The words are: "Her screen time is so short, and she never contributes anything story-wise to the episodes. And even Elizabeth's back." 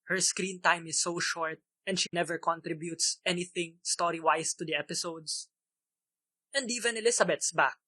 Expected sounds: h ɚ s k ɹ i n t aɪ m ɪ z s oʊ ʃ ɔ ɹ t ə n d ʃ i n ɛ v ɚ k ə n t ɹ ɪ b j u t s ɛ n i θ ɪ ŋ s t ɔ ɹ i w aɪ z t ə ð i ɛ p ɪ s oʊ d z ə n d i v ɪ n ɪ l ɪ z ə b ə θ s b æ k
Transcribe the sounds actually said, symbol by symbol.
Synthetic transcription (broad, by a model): h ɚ s k ɹ i n t aɪ m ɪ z s oʊ ʃ ɔ ɹ t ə n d ʃ i n ɛ v ɚ k ə n t ɹ ɪ b j u t s ɛ n i θ ɪ ŋ s t ɔ ɹ i w aɪ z t ə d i ɛ p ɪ s oʊ d s ə n d i v ɪ n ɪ l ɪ s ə b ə t s b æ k